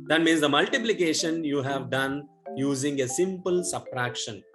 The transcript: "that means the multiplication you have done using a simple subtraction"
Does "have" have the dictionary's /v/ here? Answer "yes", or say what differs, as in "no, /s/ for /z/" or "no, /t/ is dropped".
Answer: yes